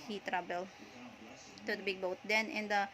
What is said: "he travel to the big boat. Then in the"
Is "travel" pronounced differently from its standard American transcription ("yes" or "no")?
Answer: yes